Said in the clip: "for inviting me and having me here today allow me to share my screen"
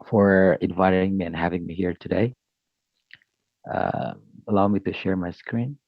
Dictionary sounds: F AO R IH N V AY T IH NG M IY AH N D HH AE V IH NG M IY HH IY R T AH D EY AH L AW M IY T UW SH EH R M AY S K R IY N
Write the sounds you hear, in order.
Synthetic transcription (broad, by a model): F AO R IH N V AY T IH NG M IY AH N HH AE V IH NG M IY HH IY R T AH D EY AH L AW M IY T UW SH EH R M AY S K R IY N